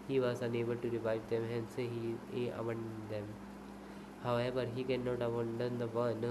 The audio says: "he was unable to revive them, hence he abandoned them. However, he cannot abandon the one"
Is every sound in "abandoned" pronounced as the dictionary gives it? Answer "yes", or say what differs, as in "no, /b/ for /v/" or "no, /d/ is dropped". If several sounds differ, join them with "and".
no, /b/ is dropped